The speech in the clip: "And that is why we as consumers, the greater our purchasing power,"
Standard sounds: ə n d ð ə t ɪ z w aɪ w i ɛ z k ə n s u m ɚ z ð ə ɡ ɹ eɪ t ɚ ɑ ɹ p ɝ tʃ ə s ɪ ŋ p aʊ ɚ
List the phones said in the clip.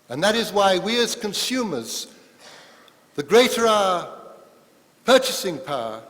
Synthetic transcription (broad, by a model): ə n ð ə t ɪ z w aɪ w i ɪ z k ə n s u m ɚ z ð ə ɡ ɹ eɪ t ɚ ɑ p ɝ tʃ ə s ɪ ŋ p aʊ